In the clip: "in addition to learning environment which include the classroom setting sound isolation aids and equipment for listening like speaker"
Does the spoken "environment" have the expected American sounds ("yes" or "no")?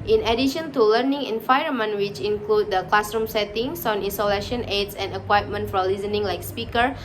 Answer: no